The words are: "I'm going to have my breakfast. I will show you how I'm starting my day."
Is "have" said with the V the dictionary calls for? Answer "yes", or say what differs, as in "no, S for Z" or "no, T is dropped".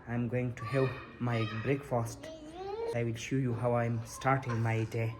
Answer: no, P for V